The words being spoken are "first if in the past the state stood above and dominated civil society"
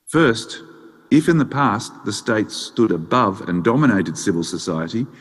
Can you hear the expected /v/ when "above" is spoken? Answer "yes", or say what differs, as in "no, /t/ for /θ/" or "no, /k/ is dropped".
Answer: yes